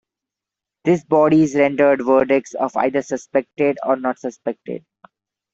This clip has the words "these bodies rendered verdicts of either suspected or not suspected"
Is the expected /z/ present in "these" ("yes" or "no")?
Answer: no